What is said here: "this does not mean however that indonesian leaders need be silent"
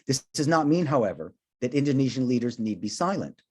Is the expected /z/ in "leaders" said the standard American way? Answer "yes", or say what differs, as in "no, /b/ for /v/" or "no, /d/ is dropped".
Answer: yes